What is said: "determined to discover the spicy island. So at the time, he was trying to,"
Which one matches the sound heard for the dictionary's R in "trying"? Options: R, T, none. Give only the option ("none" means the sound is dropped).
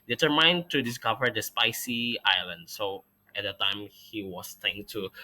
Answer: none